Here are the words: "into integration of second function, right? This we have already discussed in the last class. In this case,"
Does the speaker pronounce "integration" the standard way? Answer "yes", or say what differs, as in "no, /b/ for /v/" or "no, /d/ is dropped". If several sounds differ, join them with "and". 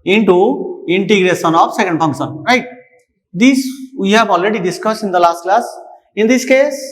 yes